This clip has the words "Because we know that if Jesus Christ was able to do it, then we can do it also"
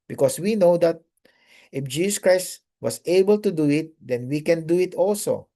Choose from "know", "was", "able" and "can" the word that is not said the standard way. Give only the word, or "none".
was